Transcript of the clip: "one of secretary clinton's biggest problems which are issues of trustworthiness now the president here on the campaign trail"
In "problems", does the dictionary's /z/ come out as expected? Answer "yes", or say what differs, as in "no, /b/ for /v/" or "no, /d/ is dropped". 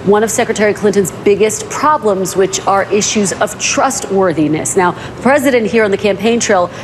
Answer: yes